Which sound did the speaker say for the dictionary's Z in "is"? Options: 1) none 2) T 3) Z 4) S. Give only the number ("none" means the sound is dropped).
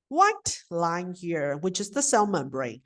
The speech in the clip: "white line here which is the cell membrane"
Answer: 3